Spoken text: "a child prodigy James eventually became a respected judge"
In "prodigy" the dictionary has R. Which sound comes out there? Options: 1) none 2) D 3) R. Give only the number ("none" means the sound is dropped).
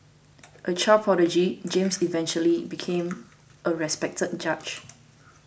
1